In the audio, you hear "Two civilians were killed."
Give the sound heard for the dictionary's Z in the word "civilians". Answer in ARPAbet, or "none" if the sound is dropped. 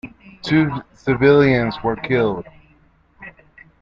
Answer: Z